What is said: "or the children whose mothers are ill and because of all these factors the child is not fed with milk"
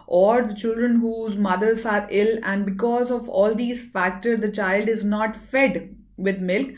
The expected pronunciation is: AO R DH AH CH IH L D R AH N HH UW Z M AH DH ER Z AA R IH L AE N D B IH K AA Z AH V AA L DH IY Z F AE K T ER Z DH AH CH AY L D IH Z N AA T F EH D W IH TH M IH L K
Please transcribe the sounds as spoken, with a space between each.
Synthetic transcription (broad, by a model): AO R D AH CH IH L D R AH N HH UW Z M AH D ER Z AA R IH L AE N D B IH K AA Z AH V AA L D IY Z F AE K T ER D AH CH AY L D IH Z N AA T F EH D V IH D M IH L K